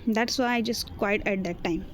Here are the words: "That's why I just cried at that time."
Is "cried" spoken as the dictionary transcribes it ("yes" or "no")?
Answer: no